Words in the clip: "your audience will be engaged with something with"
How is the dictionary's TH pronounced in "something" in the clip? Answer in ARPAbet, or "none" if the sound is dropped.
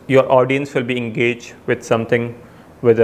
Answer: T